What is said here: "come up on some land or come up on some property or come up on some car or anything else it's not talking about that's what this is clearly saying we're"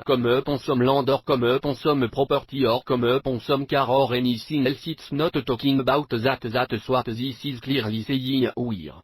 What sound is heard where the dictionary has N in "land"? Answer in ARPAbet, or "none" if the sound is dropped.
none